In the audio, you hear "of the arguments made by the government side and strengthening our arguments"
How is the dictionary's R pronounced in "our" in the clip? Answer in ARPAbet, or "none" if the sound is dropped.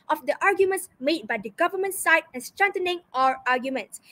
R